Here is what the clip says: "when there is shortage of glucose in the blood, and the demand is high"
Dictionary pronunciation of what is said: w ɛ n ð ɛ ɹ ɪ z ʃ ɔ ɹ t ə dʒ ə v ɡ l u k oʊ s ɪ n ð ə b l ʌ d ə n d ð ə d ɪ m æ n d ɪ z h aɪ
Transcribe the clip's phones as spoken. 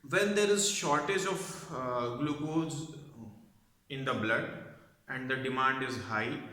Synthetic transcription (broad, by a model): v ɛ n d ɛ ɹ ɪ z ʃ ɔ ɹ t ə dʒ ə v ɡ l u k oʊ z ɪ n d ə b l ʌ d ə n d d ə d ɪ m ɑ n d ɪ z h aɪ